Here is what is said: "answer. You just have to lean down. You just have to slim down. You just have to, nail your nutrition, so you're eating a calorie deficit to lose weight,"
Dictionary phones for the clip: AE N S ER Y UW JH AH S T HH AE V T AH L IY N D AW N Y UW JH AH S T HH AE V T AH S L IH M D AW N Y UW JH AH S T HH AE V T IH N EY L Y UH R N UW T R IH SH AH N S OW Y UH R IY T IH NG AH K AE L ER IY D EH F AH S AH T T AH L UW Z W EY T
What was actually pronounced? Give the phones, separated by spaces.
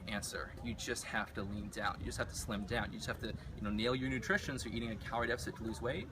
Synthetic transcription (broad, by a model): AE N S ER Y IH JH AH S T HH AE F T AH L IY N D AW N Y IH JH AH S T HH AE F T AH S L IH M D AW N Y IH JH AH S T HH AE F T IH N EY L Y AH R N UW T R IH SH AH N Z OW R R IY T IH NG AH K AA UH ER D EH F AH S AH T T AH L UW Z W EY T